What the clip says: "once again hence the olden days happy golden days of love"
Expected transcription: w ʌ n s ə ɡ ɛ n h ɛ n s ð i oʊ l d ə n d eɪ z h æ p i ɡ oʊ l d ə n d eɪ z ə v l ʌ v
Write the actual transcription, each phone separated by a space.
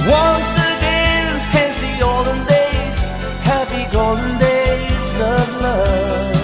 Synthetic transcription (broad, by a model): w ʌ n s ə ɡ ɛ n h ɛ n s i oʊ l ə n d eɪ z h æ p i ɡ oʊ d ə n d eɪ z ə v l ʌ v